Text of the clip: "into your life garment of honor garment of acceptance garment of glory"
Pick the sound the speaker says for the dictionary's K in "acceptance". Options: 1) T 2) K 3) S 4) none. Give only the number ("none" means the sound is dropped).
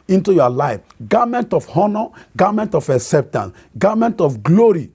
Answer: 4